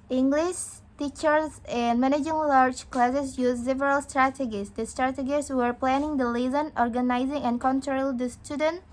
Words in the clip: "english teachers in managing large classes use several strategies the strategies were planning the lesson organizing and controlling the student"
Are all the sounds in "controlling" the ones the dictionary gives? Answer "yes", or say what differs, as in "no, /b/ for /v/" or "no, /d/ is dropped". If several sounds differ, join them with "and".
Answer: no, /l/ is dropped